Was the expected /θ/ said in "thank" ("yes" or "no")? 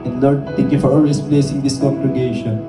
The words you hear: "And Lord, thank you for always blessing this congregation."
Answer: no